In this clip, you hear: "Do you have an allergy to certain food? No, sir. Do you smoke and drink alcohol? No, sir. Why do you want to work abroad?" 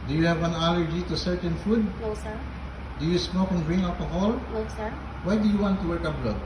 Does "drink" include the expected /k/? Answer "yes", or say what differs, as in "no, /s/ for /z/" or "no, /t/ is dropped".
no, /k/ is dropped